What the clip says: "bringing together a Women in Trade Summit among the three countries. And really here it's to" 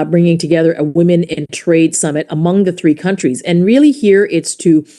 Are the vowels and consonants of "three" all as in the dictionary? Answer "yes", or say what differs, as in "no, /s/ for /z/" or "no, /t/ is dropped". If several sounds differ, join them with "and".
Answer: yes